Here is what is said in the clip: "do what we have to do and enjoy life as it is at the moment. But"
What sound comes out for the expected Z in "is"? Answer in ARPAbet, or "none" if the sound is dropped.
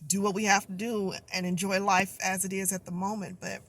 Z